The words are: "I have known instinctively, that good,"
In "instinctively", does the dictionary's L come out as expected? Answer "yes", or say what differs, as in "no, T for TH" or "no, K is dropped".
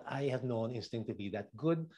no, L is dropped